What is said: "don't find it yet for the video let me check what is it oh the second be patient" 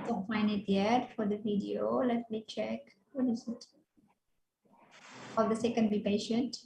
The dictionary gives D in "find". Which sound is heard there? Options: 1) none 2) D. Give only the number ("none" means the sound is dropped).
1